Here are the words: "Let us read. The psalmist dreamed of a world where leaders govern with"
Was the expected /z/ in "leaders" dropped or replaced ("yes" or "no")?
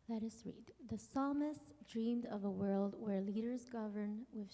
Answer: no